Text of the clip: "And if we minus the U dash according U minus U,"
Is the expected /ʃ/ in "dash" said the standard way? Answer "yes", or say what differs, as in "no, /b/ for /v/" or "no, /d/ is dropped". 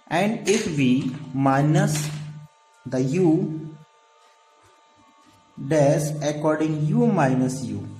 no, /s/ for /ʃ/